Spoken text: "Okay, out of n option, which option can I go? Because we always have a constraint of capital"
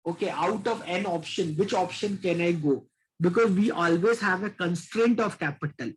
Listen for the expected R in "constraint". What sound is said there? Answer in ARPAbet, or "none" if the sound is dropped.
R